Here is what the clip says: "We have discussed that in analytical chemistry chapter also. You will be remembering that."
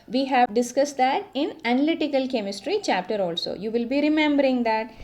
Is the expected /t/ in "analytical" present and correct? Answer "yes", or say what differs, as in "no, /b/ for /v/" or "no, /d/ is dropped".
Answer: yes